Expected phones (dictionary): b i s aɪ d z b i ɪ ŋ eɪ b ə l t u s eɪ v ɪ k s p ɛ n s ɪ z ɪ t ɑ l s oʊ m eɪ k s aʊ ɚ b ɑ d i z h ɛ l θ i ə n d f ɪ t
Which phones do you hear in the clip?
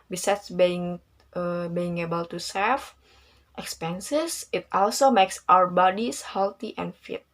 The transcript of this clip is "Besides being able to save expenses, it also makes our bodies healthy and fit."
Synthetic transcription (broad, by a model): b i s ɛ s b b i ɪ ŋ eɪ b ə l t u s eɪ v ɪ k s p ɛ n s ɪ s ɪ t ɑ l s oʊ m eɪ k s aʊ ɚ b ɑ d i s h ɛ l t i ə n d f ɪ t